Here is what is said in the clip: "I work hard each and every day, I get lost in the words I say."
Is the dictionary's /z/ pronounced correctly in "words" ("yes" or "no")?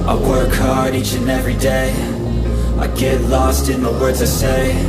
yes